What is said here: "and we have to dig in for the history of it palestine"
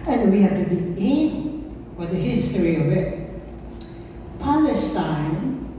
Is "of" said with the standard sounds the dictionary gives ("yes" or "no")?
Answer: yes